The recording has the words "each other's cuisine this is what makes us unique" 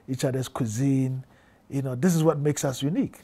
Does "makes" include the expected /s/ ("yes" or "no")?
yes